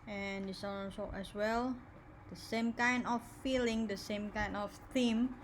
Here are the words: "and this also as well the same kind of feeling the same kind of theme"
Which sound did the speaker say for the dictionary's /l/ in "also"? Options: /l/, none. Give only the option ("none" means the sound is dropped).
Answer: none